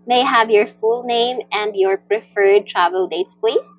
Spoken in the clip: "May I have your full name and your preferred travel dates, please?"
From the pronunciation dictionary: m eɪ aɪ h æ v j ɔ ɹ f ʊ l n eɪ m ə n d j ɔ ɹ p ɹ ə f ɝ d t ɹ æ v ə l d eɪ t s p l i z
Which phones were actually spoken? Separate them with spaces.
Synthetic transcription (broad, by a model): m eɪ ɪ h æ v j ɔ ɹ f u l n eɪ m ə n d j ɔ ɹ p ɹ ə f ɝ d t ɹ æ v ə l d eɪ t s p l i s